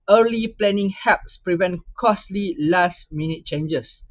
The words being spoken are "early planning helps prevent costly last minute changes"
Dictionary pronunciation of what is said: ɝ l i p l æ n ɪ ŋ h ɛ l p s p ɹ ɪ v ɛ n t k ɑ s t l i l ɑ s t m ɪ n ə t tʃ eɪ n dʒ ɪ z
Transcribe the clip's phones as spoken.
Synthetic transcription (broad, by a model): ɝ l i p l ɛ n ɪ ŋ h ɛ p s p ɹ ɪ v ɛ n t k ɑ s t l i l ɑ s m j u n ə t tʃ eɪ n dʒ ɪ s